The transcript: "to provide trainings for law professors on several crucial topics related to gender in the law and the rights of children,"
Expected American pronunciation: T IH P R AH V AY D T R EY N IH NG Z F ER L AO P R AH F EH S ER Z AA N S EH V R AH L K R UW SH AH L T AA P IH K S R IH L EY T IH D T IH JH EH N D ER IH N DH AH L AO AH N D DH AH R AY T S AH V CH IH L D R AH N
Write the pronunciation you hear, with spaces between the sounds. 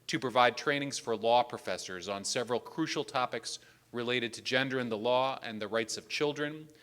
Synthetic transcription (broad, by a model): T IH P R AH V AY D T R EY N IH NG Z F ER L AO P R AH F EH S ER Z N S EH V R AH L K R UW SH L T AA P IH K S R IH L EY T IH D T IH JH EH N D ER IH N DH AH L AO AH N DH AH R AY T S AH V CH IH L D R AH N